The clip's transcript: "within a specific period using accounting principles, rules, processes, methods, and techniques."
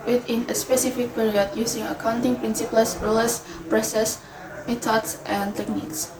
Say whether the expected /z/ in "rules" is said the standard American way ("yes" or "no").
no